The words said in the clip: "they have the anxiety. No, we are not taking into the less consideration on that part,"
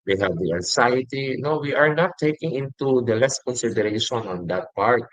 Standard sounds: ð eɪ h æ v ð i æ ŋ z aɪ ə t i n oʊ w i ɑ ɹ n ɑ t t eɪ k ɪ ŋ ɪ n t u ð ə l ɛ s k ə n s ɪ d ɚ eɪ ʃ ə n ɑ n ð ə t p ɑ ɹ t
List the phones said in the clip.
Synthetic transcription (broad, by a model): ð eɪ h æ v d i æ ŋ s aɪ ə t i n oʊ w i ɑ ɹ n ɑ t t eɪ k ɪ ŋ ɪ n t u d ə l ɛ s k ə n s ɪ d ɚ eɪ ʃ ə n ɑ n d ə t p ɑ ɹ t